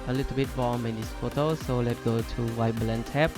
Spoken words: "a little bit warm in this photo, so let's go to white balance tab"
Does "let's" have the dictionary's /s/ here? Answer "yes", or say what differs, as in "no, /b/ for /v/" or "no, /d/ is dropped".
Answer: no, /s/ is dropped